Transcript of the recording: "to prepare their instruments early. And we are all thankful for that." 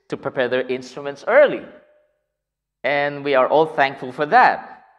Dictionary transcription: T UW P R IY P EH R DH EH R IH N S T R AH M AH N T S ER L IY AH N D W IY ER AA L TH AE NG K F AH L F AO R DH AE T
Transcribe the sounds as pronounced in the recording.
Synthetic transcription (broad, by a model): T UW P R IY P EH R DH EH R IH N S T R AH M AH N T S ER L IY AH N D W IY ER AA L TH AE NG K F AH L F AO R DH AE T